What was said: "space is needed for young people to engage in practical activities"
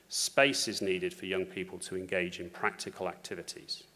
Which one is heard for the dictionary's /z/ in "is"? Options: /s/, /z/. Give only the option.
/z/